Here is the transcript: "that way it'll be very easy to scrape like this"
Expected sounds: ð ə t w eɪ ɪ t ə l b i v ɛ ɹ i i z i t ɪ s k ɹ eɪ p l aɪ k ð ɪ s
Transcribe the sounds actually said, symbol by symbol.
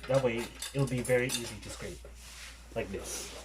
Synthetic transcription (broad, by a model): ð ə t w eɪ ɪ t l b i v ɛ ɹ i i z i t ɪ s k ɹ eɪ p l aɪ k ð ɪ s